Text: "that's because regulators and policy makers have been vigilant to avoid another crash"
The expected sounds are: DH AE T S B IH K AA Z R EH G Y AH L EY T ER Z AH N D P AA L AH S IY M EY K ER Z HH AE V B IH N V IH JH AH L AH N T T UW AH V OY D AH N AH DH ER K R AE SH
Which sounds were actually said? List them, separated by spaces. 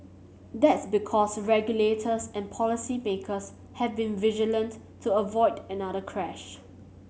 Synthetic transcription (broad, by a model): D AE T S B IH K AA S R EH G Y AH L EY T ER S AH N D P AA L AH S IY M EY K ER S HH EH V B IH N V IH JH AH L AH N T T UW AH V OY D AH N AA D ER K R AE SH